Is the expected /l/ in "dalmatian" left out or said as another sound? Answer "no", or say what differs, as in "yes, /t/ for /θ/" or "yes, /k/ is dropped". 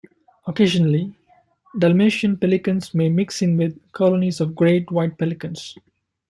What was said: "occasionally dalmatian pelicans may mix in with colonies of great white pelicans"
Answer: no